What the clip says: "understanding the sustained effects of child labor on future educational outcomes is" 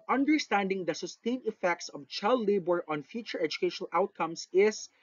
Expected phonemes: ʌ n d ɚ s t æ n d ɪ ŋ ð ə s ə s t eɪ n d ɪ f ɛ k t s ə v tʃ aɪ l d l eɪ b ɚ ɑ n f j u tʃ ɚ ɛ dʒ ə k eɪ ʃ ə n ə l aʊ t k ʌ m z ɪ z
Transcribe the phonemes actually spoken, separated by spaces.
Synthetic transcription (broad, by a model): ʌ n d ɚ s t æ n d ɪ ŋ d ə s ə s t eɪ n ɪ f ɛ k t s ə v tʃ aɪ l d l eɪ b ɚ ɑ n f j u tʃ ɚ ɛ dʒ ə k eɪ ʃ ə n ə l aʊ t k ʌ m s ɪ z